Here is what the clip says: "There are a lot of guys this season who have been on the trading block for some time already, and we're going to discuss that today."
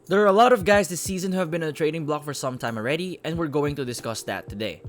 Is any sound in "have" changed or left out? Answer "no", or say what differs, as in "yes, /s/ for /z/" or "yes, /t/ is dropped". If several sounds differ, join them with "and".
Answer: no